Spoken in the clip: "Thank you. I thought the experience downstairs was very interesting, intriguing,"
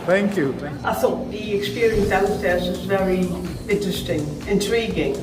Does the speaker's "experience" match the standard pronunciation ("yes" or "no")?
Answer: yes